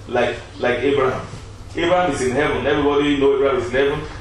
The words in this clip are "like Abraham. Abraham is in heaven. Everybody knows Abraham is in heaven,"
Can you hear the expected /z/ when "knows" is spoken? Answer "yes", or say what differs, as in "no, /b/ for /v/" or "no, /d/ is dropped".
no, /z/ is dropped